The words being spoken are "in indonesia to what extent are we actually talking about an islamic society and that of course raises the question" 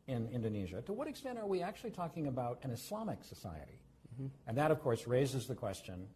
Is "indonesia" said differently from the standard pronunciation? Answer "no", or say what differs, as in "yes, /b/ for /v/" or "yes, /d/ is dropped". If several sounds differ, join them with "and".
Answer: no